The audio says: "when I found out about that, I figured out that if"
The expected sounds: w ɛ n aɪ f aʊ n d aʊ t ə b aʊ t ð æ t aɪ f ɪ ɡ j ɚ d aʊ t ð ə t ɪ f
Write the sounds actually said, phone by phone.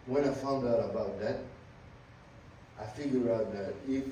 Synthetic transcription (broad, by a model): w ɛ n aɪ f aʊ n d aʊ t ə b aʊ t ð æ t aɪ f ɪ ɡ j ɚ aʊ t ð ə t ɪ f